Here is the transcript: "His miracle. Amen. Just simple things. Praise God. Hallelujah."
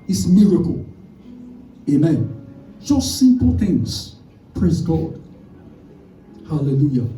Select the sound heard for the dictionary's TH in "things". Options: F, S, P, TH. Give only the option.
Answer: TH